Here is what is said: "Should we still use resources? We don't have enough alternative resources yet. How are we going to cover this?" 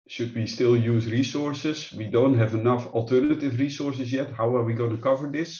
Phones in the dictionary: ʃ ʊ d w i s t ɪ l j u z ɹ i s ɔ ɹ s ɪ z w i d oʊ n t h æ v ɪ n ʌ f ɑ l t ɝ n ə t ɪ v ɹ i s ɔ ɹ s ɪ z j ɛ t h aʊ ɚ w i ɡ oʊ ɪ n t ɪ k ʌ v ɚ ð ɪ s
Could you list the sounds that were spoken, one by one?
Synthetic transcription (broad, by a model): ʃ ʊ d w i s t ɪ l j u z ɹ i s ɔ ɹ s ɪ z w i d oʊ n t h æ v ɪ n ʌ f ɑ l t ɝ n ə t ɪ v ɹ i s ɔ ɹ s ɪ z j ɛ t h aʊ ɚ w i ɡ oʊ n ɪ k ʌ v ɚ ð ɪ s